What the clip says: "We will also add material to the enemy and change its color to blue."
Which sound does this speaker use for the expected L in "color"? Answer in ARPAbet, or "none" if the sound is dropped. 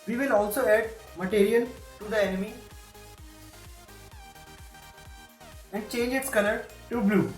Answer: N